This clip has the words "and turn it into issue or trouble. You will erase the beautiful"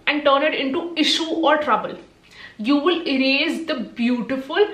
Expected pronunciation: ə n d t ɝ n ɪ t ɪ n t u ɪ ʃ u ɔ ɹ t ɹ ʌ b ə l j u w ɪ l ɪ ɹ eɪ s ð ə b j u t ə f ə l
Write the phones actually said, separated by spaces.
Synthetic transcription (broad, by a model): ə n d t ɝ n ɪ t ɪ n t u ɪ ʃ u ɔ ɹ t ɹ ʌ b ə l j u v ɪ l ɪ ɹ eɪ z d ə b j u t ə f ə l